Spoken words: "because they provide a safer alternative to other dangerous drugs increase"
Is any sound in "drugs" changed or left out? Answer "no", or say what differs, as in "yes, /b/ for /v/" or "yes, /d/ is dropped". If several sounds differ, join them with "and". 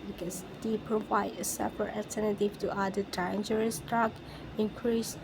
yes, /z/ is dropped